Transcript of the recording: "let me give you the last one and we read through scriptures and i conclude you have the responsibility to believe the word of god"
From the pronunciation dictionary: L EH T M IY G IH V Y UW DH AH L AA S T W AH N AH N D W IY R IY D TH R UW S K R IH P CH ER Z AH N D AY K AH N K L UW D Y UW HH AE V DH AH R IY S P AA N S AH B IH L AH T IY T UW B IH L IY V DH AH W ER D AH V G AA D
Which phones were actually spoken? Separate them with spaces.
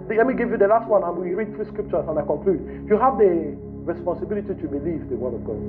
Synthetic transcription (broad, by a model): L EH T M IY G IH V Y UW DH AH L AA S T W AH N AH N W IY R IY D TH R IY S K R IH P CH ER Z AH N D AY K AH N K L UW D Y UW HH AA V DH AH R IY S P AA N S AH B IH L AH T IY T UW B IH L IY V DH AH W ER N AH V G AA